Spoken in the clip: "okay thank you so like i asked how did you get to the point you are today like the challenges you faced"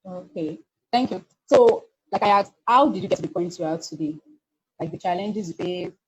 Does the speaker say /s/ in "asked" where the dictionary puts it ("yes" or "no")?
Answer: no